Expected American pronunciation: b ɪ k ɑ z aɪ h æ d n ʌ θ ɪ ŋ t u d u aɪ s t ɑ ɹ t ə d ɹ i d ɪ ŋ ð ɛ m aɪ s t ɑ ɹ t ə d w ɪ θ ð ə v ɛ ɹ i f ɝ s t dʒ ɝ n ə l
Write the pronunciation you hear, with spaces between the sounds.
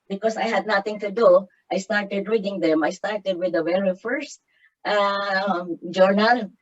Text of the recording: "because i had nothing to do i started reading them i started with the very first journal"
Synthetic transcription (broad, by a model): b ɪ k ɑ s aɪ h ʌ d n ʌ t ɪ ŋ t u d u aɪ s t ɑ ɹ t ə d ɹ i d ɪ ŋ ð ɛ m aɪ s t ɑ ɹ t ə d w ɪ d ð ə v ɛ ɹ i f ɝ s t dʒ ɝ n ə l